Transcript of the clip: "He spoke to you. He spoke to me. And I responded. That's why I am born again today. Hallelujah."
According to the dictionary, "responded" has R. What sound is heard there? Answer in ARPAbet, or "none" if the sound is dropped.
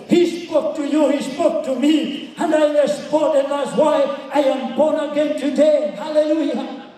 L